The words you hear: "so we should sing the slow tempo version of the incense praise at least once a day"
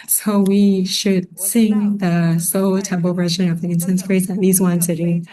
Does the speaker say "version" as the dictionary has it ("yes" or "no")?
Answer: yes